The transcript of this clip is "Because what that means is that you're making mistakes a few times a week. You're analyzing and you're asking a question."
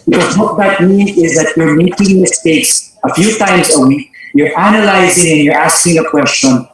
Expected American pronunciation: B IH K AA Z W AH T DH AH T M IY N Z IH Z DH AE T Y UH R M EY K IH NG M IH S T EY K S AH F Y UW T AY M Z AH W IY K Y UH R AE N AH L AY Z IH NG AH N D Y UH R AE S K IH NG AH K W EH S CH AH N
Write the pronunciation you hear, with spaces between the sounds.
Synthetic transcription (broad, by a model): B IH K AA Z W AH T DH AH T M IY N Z IH Z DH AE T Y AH R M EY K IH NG M IH S T EY K S AH F Y UW T AY M Z AH W IY K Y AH R AE N AH L AY Z IH NG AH N Y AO R AE S K IH NG AH K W EH S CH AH N